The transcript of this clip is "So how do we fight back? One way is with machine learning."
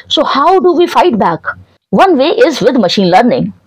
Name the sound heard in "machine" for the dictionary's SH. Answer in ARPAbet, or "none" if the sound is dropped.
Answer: SH